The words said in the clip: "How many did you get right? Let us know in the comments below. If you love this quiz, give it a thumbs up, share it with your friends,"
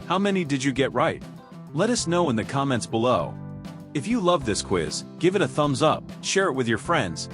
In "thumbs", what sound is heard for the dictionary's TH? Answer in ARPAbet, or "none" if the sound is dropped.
TH